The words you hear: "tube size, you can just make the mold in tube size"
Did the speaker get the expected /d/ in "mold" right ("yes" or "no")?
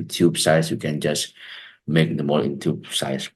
no